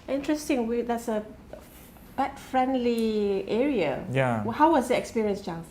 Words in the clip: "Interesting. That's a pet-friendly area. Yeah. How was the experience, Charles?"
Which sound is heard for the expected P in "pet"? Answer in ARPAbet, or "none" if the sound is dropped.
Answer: B